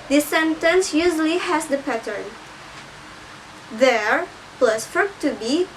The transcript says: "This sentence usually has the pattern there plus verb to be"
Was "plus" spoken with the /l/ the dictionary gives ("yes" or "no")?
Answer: yes